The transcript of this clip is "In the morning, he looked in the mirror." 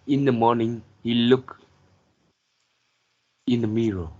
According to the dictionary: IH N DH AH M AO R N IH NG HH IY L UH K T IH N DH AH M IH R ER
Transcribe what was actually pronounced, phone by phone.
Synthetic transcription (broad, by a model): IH N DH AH M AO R N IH NG HH IY L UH K IH N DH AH M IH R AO